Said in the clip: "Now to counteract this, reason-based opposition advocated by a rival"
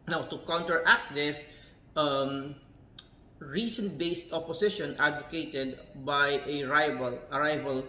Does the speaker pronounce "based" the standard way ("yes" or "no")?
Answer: yes